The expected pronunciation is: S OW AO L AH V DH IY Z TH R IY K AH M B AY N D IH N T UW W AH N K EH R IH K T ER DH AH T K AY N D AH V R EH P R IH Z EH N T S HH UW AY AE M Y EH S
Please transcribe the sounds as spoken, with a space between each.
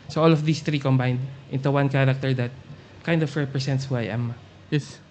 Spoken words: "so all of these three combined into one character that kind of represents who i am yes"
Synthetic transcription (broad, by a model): S OW AO L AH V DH IY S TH R IY K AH M B AY N D IH N T UW W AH N K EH R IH K T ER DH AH T K AY N D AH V R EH P R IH S EH N T S HH UW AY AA M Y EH S